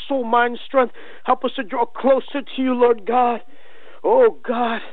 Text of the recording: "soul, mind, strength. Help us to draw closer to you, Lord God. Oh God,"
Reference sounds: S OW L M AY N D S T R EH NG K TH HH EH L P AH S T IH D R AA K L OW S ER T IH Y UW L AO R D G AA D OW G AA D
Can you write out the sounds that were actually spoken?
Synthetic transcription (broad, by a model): S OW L M AY N D S T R EH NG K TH HH EH L P AH S T IH D R AA K L OW S ER T IH Y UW L AO R D G AA D OW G AA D